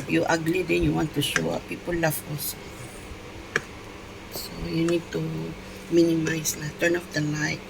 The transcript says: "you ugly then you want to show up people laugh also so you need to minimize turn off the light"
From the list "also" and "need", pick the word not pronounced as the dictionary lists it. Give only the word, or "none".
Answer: also